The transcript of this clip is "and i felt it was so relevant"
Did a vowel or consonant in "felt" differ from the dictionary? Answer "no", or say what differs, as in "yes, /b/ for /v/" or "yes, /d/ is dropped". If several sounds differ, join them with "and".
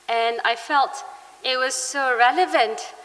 no